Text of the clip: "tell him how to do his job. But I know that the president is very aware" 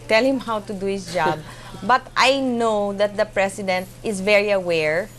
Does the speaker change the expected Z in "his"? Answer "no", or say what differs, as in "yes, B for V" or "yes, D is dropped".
yes, S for Z